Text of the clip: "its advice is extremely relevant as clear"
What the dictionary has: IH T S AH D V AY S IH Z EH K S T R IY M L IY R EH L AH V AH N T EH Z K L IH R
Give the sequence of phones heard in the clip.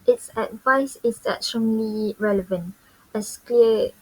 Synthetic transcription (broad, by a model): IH T S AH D V AY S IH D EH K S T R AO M L IY R EH L AH V AH N T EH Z K L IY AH